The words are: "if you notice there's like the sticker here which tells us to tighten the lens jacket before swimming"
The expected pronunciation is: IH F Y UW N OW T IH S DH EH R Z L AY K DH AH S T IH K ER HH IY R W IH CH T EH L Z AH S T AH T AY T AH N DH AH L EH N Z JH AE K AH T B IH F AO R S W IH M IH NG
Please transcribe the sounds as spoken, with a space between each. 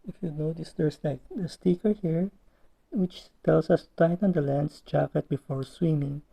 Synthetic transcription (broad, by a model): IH F Y UW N OW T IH S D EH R S L AY K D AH S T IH K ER HH IY R W IH CH T EH L S AH S T AH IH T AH N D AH L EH N S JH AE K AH T B IH F AO R S W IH M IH NG